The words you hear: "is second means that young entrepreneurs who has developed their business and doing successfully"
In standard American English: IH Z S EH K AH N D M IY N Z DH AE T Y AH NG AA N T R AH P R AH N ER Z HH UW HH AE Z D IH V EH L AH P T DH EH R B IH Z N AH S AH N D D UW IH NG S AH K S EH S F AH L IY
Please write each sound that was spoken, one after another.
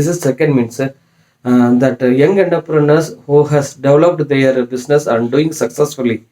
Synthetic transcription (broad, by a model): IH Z S EH K AH N D M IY N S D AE T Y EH NG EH N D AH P R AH N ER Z HH UW HH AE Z D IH V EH L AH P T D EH R B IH S N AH S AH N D D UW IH NG S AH K S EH S F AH L IY